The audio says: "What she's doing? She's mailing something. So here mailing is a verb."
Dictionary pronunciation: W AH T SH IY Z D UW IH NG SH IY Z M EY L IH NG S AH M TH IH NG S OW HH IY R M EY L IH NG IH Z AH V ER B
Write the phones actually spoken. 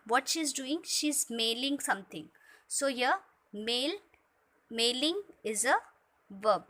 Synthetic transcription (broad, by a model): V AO T SH IY Z D UW IH NG SH IY Z M EY L IH NG S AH M T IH NG S OW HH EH L M EY L IH NG IH Z AH V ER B